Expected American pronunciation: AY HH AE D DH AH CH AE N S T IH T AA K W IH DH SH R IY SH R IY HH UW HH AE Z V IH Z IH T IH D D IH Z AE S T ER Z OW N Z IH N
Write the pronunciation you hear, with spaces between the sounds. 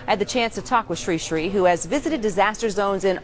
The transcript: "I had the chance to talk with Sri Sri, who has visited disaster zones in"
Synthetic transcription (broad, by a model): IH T DH AH CH AE N S T IH T AA K W IH DH SH R IY SH R IY HH UW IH Z V IH Z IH T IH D D IH Z AE S T ER Z OW N Z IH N